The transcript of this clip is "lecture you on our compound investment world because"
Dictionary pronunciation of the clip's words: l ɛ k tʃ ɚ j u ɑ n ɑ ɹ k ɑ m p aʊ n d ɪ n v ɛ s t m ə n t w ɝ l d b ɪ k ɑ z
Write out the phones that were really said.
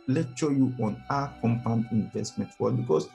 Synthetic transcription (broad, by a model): l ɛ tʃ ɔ j u ɑ n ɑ k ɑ m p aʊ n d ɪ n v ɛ s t m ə n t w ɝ d b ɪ k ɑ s